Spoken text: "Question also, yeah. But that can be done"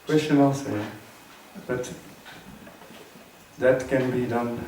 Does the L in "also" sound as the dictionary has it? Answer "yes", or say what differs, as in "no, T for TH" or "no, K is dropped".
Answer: no, L is dropped